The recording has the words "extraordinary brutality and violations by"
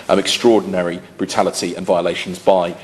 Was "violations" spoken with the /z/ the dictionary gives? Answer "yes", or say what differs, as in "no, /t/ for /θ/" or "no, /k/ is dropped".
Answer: yes